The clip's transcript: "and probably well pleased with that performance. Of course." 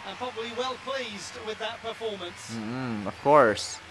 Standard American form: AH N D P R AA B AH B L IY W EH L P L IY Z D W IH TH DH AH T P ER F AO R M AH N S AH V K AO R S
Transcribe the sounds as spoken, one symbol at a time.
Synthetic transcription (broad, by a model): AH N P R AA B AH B L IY W EH L P L IY Z D W IH DH AH T P ER F AO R M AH N S AH V K AO R S